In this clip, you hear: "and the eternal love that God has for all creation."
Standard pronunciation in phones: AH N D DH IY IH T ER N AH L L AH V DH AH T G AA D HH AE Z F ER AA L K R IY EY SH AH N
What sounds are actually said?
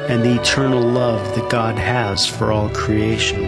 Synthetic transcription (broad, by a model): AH N DH IY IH T ER N L L AH V DH AH T G AA D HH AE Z F ER AA L K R IY EY SH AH N